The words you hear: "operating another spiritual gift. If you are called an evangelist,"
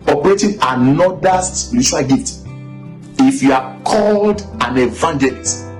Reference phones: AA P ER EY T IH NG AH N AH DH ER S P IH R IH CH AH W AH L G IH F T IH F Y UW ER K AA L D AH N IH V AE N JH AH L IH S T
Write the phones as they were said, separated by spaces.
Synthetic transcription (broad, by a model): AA P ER EY T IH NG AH N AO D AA S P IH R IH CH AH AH L G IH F T IH F Y UW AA K AA L D AH N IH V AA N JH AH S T